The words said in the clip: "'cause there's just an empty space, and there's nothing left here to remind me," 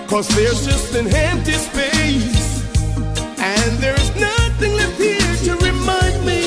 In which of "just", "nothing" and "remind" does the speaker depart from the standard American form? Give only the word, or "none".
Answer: none